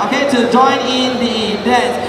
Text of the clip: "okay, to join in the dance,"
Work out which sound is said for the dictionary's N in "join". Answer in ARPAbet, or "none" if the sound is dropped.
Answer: N